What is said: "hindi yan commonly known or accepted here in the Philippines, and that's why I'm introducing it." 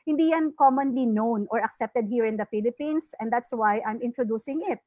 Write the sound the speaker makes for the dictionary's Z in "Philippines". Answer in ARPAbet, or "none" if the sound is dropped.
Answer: S